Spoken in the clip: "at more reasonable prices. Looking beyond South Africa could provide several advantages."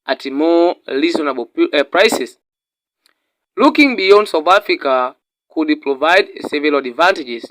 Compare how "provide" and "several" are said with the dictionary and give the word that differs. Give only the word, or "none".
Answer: several